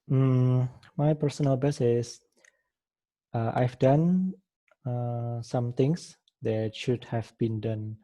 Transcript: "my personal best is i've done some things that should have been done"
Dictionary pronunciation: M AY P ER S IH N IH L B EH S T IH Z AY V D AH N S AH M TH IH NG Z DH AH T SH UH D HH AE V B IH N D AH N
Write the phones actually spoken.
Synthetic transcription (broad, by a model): M AY P ER S IH N IH L B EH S IH S AY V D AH N S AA M T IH NG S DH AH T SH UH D HH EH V B IH N D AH N